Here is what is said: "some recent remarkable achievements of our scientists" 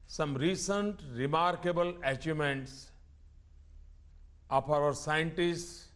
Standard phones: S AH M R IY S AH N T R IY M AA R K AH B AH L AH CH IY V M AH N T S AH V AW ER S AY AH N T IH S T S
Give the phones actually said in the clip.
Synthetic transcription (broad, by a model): S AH M R IY S AH N T R IY M AA R K AH B AH L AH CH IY M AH N T S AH P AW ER S AY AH N T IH S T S